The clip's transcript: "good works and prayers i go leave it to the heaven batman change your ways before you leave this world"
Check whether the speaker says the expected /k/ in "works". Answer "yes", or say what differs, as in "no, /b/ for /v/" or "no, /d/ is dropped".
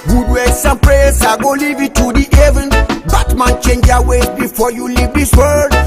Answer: no, /k/ is dropped